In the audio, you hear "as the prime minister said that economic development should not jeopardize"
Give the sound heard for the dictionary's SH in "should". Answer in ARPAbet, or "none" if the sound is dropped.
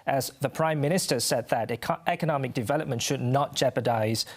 SH